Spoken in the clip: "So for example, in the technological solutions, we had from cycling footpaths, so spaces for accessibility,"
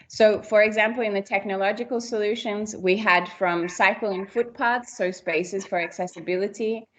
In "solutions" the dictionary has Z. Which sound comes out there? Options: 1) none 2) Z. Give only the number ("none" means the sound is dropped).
2